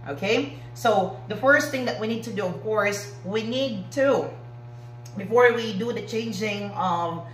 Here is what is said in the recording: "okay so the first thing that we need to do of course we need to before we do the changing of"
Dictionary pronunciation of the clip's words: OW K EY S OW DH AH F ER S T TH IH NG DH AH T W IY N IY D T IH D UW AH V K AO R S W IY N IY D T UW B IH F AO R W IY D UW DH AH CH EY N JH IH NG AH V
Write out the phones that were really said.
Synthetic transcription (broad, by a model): OW K EY S OW DH AH F ER S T TH IH NG DH AH T W IY N IY D T IH D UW AH V K AO R S W IY N IY D T UW B IH F AO R W IY D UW DH AH CH EY N JH IH NG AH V